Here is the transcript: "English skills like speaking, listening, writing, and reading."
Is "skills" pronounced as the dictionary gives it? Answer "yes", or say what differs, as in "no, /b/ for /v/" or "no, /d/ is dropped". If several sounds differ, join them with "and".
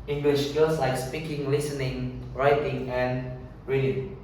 no, /s/ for /z/